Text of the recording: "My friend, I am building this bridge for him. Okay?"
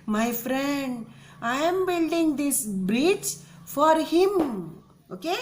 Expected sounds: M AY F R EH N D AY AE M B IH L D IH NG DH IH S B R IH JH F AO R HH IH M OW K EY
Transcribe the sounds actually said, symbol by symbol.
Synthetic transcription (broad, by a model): M AY F R EH N D AY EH M B IH L D IH NG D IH S B R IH CH F AO R HH IH M OW K EY